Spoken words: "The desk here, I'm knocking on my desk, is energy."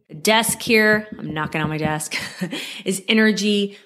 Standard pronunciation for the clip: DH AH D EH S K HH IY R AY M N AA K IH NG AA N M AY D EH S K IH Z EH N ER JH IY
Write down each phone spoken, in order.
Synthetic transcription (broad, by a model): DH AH D EH S K HH IY R AY M N AA K IH NG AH N M AY D EH S K IH Z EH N ER JH IY